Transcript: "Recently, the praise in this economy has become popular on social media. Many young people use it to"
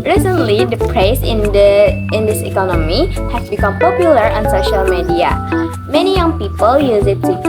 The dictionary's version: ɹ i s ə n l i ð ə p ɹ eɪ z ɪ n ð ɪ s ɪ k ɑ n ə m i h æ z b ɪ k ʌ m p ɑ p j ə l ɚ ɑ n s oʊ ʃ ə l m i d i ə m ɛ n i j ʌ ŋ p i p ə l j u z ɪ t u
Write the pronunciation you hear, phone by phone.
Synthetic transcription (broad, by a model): ɹ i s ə n l i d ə p ɹ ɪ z ɪ n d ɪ s ɪ k ɑ n ə m i h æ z b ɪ k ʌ m p ɑ p j ə l ɚ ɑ n s oʊ ʃ ə l m i d i ə m ɛ n i j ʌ ŋ p i p ə l j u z ɪ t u